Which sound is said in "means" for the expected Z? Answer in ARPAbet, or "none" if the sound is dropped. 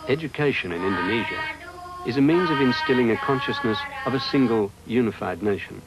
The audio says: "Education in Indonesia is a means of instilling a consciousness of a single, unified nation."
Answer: Z